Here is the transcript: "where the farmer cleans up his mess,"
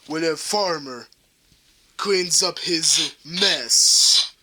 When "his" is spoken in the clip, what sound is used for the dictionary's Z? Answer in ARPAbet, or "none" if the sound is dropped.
Z